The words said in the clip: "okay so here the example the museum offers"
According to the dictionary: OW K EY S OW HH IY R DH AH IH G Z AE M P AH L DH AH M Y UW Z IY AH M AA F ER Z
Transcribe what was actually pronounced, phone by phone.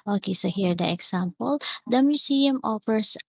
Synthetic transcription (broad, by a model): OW K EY S OW HH IY R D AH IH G S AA M P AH L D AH M Y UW S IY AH M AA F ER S